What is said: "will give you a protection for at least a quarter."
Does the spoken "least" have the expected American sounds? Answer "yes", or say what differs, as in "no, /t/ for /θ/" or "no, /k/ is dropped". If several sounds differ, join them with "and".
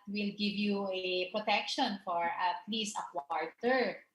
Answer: no, /t/ is dropped